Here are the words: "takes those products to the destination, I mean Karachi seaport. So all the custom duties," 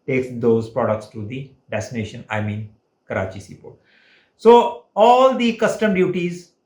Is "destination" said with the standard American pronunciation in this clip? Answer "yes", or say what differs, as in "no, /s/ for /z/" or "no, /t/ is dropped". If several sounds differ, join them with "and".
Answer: yes